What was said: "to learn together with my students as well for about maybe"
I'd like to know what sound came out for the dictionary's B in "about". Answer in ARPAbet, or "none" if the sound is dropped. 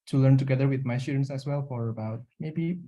B